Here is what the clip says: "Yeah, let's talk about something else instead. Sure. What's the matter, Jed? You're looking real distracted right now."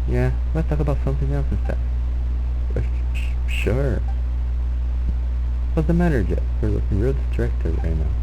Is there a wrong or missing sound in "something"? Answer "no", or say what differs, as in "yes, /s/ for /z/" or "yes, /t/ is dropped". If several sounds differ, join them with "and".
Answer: no